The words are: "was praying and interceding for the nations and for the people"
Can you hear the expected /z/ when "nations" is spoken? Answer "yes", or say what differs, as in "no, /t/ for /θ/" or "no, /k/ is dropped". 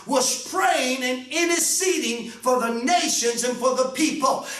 yes